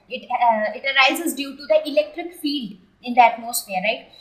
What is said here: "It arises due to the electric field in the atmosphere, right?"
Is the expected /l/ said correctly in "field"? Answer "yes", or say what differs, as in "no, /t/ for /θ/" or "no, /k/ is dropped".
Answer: yes